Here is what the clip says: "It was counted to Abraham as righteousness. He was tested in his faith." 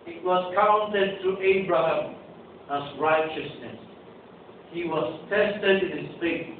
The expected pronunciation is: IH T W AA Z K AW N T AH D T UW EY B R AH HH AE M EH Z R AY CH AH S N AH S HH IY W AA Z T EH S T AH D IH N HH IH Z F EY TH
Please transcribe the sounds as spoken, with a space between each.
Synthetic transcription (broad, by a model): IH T W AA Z K AW N T AH D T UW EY B R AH HH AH M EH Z R AY CH AH S N AH S HH IY W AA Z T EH S T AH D IH N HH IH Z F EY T